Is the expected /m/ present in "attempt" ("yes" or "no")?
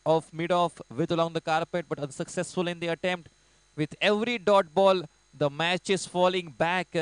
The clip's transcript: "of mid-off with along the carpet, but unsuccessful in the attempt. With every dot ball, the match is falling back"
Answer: yes